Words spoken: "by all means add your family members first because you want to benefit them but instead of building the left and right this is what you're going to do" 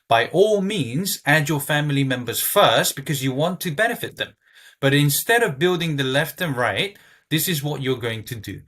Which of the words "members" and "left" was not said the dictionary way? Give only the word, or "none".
none